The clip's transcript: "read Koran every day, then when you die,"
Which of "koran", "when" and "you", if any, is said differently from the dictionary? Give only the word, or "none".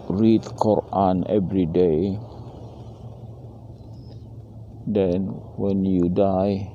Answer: none